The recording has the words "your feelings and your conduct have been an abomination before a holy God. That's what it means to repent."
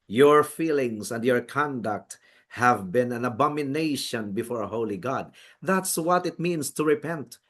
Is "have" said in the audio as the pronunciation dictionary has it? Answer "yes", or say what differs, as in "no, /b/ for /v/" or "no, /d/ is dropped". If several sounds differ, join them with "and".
yes